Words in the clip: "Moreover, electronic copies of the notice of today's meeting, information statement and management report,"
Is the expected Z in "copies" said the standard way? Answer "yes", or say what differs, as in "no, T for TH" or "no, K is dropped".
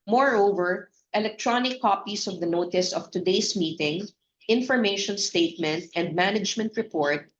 no, S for Z